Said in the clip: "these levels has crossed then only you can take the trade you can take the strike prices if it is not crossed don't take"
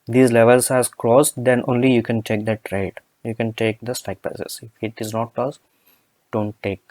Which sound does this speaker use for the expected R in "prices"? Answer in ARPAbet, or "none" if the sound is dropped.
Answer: none